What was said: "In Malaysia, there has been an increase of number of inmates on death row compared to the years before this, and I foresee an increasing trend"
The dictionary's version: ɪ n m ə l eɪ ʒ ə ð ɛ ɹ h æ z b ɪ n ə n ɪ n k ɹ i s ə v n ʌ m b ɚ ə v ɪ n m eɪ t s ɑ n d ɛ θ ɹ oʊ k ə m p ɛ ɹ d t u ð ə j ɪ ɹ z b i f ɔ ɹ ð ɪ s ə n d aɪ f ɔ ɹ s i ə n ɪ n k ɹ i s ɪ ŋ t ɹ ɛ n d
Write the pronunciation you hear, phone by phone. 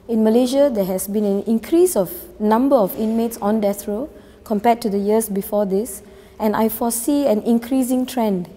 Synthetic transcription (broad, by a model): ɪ n m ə l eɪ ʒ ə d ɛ h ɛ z b ɪ n ə n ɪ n k ɹ i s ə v n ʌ m b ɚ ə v ɪ n m eɪ t s ɑ n d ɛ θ ɹ oʊ k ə m p ɛ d t u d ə j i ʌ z b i f ɔ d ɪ s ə n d aɪ f ɔ s i ə n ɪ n k ɹ i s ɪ ŋ t ɹ ɛ n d